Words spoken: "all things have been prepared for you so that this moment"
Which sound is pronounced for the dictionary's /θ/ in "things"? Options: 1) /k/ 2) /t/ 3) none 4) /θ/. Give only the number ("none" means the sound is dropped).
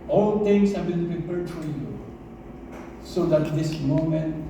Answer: 2